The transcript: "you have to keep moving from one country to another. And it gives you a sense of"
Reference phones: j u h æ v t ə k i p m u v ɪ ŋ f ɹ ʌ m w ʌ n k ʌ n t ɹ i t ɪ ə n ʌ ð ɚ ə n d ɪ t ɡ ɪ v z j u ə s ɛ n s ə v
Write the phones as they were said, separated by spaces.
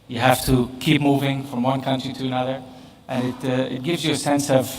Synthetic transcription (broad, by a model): j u h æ f t ə k i p m u v ɪ ŋ f ɹ ʌ m w ʌ n k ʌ n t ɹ i t ɪ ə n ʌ ð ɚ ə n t ɪ t ɡ ɪ v z j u ə s ɛ n s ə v